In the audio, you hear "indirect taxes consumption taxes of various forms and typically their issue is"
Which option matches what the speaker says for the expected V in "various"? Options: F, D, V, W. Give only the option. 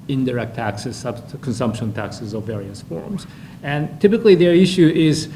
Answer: V